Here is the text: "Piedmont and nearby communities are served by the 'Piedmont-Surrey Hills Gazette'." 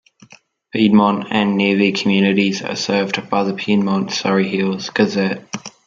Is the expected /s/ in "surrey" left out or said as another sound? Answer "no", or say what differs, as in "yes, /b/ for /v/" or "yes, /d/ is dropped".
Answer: no